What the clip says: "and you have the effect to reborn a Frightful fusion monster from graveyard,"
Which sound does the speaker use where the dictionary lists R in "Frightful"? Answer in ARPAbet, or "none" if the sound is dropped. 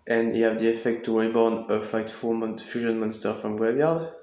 none